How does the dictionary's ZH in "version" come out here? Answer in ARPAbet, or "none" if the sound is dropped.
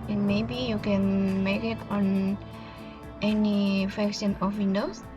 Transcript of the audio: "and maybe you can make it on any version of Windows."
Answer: S